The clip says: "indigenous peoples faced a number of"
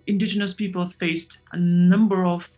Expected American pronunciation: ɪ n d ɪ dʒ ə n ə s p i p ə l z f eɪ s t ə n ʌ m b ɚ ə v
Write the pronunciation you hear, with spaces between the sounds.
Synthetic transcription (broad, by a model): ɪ n d ɪ dʒ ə n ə s p i p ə l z f eɪ s t ə n ʌ m b ɚ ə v